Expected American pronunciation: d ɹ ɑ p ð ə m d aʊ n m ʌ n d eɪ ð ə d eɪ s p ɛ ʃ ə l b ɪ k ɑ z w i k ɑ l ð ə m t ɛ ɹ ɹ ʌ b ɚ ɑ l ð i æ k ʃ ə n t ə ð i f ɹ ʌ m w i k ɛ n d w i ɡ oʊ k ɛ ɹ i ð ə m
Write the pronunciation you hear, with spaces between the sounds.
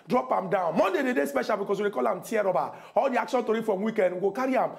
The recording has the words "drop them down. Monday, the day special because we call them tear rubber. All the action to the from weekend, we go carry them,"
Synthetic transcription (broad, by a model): d ɹ ɑ p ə m d aʊ n m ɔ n d eɪ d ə d eɪ s p ɛ ʃ ə l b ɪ k ɑ s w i k ɑ l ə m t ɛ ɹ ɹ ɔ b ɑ ɑ l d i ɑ k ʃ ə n t ə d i f ɹ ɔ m w i k ɛ n d ɡ oʊ k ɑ ɹ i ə m